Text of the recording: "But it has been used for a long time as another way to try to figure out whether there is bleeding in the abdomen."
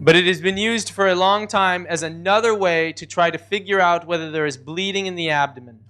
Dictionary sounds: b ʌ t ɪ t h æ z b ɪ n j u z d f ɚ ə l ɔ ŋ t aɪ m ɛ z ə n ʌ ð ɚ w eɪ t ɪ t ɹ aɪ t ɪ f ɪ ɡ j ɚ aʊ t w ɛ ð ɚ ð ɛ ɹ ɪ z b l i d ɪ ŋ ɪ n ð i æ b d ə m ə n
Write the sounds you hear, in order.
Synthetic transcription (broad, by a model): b ʌ t ɪ t h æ z b ɪ n j u z d f ɚ ə l ɔ ŋ t aɪ m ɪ z ə n ʌ ð ɚ w eɪ t ɪ t ɹ aɪ t ɪ f ɪ ɡ j ɚ aʊ t w ɛ ð ɚ ð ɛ ɹ ɪ z b l i d ɪ ŋ ɪ n ð i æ b d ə m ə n